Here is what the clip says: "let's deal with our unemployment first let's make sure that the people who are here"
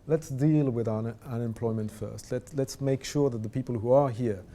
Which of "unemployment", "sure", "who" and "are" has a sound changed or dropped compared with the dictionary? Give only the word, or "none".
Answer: none